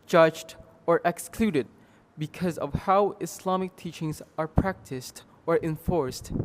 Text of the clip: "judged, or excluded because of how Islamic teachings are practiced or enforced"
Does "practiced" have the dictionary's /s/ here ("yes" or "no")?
yes